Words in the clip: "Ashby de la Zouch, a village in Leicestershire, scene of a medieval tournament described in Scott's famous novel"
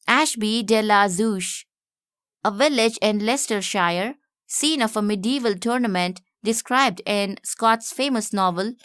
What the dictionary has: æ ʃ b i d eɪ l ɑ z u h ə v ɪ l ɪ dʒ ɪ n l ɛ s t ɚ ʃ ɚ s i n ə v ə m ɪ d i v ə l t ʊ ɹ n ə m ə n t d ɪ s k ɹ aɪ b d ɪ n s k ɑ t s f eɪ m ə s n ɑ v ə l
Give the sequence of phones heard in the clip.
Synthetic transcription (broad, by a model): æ ʃ b i d eɪ l ɑ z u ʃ ə v ɪ l ɪ dʒ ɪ n l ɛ s t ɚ ʃ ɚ s i n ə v ə m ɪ d i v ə l t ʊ ɹ n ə m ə n t d ɪ s k ɹ aɪ b d ɪ n s k ɑ t s f eɪ m ə s n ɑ v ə l